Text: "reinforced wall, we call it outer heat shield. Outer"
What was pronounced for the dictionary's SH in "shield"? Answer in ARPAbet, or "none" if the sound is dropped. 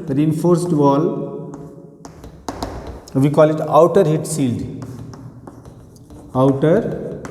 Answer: S